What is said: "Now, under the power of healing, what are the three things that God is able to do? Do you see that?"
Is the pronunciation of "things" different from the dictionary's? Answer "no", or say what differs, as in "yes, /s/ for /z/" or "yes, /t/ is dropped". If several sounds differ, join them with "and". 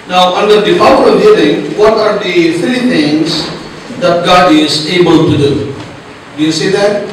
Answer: yes, /t/ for /θ/